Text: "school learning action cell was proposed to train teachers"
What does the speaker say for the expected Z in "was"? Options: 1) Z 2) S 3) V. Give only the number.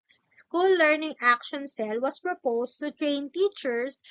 2